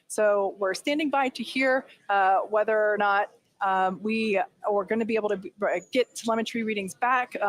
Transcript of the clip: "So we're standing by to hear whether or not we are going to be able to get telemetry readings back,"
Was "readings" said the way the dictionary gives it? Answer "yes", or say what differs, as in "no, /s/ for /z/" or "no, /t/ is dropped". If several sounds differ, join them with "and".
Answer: yes